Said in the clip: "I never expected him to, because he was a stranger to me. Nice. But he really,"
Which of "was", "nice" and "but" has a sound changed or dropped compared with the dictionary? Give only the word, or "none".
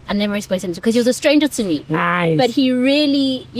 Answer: nice